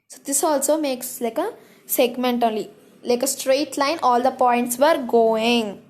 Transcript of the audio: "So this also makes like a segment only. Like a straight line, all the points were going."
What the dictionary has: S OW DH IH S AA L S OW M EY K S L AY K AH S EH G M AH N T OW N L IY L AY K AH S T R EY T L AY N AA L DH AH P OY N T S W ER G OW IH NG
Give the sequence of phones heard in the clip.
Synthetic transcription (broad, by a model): S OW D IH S AA L S OW M EY K S L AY K AH S EH G M AH N T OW L IY L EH K AH S T R EY T L AY N AA L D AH P OY N T S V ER G OW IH NG